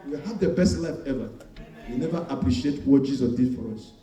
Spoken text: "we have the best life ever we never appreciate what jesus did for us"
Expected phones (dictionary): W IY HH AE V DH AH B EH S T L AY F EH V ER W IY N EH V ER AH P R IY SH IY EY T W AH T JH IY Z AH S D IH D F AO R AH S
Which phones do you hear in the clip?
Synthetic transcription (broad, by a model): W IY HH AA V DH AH B EH S T L AY F EH V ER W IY N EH V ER AH P R IY SH IY EY T W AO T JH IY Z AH D IH D F AO R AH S